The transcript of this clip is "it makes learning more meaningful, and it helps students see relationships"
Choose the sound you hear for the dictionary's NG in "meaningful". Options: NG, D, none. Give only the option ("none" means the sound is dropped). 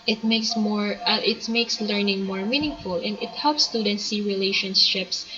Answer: NG